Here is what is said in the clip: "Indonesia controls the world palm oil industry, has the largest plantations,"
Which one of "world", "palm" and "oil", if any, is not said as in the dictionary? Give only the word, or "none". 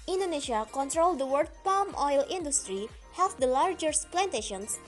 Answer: world